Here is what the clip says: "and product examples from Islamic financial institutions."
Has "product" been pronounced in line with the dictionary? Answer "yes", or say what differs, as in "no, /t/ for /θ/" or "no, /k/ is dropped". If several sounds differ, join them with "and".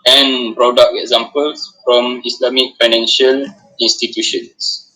no, /t/ is dropped